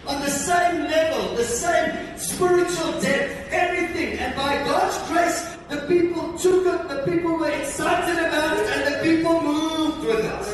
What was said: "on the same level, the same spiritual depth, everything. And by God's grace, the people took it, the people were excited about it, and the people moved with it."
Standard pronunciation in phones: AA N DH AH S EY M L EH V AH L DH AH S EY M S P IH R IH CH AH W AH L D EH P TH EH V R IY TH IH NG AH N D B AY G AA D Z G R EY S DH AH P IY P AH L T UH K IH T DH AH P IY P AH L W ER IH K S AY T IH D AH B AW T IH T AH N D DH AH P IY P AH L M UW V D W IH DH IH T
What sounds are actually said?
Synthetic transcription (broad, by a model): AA N DH AH S EY M L EH V AH L DH AH S EY M S P IH R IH CH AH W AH L D EH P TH EH V R IY TH IH NG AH N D B AY G AA D Z G R EY S DH AH P IY P AH L T UH K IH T DH AH P IY P AH L W ER IH K S AY T IH D AH B AW T IH T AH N DH AH P IY P AH L M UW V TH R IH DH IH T